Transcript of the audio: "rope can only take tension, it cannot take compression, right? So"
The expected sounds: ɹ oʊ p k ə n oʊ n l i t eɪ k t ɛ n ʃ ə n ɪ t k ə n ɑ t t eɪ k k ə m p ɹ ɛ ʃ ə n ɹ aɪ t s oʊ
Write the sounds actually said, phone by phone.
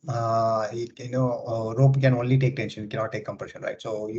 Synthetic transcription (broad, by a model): ɹ oʊ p k ə n oʊ n l i t eɪ k t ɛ n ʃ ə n ɪ t k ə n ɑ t t eɪ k k ə m p ɹ ɛ ʃ ə n ɹ aɪ t s oʊ